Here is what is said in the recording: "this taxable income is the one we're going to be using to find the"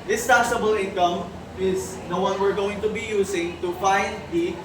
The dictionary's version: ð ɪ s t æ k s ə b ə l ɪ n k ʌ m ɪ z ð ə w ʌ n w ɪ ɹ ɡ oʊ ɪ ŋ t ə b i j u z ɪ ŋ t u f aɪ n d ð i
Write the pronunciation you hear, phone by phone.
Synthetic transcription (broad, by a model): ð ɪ s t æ s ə b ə l ɪ n k ʌ m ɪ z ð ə w ʌ n w ɪ ɹ ɡ oʊ ɪ ŋ t ə b i j u s ɪ ŋ t u f aɪ n d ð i